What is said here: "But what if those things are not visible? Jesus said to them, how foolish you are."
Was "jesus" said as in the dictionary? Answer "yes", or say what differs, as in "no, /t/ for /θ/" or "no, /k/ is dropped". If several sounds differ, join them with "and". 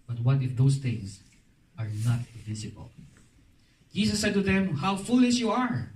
no, /s/ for /z/